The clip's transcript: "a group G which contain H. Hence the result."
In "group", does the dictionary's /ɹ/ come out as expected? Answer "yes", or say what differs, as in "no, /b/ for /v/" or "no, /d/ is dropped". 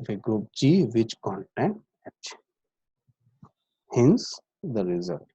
no, /ɹ/ is dropped